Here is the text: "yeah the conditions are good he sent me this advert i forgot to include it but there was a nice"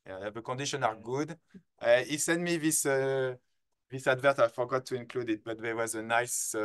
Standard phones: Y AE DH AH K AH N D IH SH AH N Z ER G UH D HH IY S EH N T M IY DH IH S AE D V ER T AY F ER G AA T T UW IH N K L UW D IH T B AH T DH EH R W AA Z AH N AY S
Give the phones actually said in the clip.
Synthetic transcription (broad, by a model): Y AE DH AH K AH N D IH SH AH N AA G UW D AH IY S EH N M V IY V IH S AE D V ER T AY F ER G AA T T UW IH N K L UW D IH T B AH T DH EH W AA Z AH N AY S